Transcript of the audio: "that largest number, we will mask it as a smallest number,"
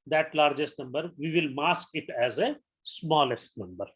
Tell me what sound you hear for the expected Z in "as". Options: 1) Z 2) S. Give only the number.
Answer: 1